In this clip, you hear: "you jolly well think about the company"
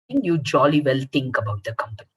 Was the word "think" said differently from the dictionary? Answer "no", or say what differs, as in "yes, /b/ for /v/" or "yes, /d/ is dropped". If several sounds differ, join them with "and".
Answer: yes, /t/ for /θ/